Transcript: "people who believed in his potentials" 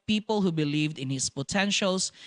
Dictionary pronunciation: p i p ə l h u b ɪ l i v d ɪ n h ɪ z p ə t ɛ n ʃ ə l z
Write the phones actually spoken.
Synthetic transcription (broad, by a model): p i p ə l h u b ɪ l i v d ɪ n h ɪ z p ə t ɛ n ʃ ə l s